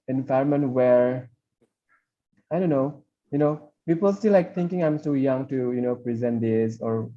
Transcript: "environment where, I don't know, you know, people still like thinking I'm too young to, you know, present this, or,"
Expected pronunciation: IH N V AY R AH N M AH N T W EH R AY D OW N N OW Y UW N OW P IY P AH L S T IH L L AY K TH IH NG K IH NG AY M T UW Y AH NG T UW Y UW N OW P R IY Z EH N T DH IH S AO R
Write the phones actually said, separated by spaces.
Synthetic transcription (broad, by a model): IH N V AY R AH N M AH N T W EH R AY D OW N N OW Y UW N OW P IY P AH L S T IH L L AY K T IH NG K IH NG AY M S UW Y AH NG T UW Y UW N OW P R IY Z EH N T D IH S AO R